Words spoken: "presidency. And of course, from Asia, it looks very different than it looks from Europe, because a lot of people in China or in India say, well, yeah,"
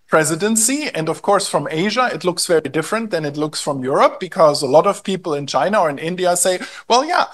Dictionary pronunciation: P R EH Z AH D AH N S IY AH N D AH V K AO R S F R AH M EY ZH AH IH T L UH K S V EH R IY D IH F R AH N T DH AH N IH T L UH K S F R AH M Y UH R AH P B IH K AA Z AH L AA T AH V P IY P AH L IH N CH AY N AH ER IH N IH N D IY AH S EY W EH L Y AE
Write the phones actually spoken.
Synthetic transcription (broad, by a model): P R EH Z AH D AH N S IY AH N D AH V K AO R S F R AH M EY ZH AH IH T L UH K S V EH R IY D IH F R AH N T DH AH N IH T L UH K S F R AH M Y UH R AH P B IH K AA Z AH L AA T AH V P IY P L IH N CH AY N AH ER IH N IH N D IY AH S EY W EH L Y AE